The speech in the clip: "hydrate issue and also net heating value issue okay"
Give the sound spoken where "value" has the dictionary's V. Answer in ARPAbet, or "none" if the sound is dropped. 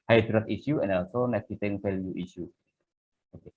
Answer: F